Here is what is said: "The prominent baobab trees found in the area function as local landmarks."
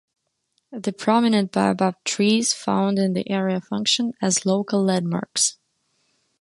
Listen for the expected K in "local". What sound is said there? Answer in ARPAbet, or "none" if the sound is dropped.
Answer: none